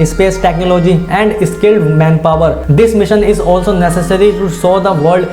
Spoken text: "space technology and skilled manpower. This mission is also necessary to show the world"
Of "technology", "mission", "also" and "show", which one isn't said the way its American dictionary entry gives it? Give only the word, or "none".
show